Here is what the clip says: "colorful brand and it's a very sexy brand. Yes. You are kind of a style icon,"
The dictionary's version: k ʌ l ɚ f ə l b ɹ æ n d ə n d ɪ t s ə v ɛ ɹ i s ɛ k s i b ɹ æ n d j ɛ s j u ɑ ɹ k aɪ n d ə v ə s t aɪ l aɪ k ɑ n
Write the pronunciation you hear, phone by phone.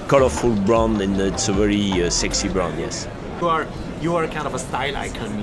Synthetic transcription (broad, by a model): k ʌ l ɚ f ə l b ɹ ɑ n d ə n ɪ t s ə v ɛ ɹ i s ɛ k s i b ɹ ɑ n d j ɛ s j u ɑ ɹ k aɪ n d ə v ə s t aɪ l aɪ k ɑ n